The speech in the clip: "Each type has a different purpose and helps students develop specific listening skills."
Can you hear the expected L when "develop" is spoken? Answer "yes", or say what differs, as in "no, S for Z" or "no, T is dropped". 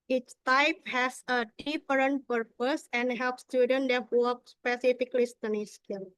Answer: no, L is dropped